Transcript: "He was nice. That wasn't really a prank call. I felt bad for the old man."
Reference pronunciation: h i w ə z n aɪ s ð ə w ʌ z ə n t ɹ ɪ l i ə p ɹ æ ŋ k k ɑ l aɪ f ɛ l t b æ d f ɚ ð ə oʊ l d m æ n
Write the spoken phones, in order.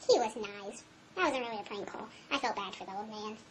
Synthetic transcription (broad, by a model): h i w ə z n aɪ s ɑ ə w ʌ z ə n t ɹ ɪ l i ə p l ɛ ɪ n k ɑ l aɪ f ɛ l t b æ d f ɚ ð ə oʊ l d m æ n